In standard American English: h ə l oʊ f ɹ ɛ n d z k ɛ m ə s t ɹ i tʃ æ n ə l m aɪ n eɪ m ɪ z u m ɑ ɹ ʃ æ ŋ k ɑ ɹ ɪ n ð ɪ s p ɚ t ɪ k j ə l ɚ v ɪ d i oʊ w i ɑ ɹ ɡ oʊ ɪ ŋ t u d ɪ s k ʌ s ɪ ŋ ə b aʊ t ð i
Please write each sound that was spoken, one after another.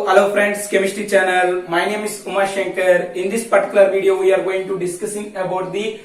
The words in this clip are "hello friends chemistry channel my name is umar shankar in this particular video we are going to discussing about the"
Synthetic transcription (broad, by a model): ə l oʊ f ɹ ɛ n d s k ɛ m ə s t i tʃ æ n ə l m aɪ n eɪ m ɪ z u m ɑ ɹ ʃ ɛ ŋ k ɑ ɹ ɪ n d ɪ s p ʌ t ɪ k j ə l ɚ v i d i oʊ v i ɑ ɹ ɡ oʊ ɪ ŋ t u d ɪ s k ʌ s ɪ ŋ ə b aʊ t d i